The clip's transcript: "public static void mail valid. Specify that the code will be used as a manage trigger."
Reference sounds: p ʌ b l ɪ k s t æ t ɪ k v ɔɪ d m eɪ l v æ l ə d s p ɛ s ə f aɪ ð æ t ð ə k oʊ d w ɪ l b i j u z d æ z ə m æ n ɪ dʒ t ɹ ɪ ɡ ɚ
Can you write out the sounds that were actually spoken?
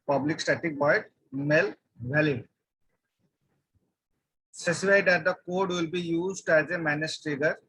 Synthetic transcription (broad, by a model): p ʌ b l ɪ k s t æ t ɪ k b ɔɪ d m eɪ l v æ l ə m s ɛ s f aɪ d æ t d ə k oʊ d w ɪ l b i j u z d æ z ə m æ n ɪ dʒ t ɹ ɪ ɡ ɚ